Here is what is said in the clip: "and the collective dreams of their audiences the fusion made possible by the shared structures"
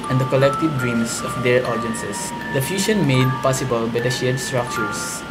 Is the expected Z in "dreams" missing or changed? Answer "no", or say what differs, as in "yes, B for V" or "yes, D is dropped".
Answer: yes, S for Z